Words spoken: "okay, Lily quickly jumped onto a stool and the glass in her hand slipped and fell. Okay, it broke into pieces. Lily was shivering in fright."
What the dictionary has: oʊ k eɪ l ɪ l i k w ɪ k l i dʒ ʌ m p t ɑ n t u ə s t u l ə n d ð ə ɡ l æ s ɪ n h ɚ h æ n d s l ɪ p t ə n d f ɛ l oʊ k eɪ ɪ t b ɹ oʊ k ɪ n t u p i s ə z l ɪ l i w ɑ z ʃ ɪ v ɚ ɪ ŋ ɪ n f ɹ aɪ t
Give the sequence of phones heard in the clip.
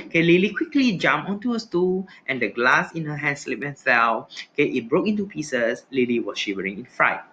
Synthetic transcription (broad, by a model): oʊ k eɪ l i l i k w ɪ k l i dʒ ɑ m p ɑ n t u ə s t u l ə n d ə ɡ l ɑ s ɪ n h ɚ h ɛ n s l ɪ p ə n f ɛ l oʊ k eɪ ɪ t b ɹ oʊ k ɪ n t u p i s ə s l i l i w ɑ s ʃ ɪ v ɚ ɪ ŋ ɪ n f ɹ aɪ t